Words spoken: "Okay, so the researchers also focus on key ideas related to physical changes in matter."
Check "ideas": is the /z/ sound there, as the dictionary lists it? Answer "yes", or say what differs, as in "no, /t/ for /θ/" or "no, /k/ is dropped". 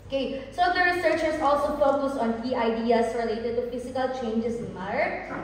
no, /s/ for /z/